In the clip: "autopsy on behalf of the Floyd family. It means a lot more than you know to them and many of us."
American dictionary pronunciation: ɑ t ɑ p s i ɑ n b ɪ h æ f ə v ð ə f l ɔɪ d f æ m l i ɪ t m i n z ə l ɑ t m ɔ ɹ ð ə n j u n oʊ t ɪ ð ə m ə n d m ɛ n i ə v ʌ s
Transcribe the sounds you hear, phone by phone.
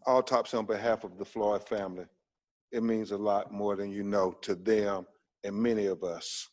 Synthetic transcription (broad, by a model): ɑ t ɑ p s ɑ n b ɪ h æ f ə v ð ə f l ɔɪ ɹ f æ m l i ɪ t m i n z ə l ɑ t m ɔ ɹ ð ə n j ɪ n oʊ t ɪ ð ə m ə n m ɛ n i ə v ʌ s